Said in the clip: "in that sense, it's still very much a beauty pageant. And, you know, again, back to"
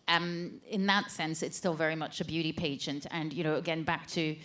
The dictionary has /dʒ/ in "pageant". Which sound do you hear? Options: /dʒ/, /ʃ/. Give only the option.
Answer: /ʃ/